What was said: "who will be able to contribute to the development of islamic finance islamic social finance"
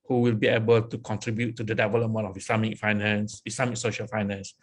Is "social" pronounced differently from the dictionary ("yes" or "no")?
no